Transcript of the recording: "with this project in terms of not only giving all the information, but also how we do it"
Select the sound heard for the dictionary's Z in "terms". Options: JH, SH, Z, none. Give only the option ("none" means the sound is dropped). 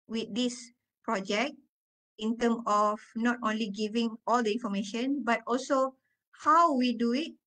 none